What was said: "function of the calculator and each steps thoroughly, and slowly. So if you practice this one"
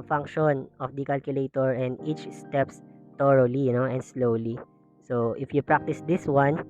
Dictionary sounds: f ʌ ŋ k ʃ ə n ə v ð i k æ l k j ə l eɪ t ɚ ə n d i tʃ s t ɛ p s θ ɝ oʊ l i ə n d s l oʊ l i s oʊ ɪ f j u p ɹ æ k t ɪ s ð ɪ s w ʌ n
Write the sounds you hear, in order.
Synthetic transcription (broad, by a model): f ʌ ŋ k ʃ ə n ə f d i k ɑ l k j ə l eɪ t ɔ ə n d i tʃ s t ɛ p s t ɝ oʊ l i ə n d s l oʊ l i s oʊ ɪ f j u p ɹ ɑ k t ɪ s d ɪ s w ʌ n